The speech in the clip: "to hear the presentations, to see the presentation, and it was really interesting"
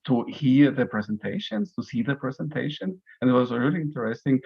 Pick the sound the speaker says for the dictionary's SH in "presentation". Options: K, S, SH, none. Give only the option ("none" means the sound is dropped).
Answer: SH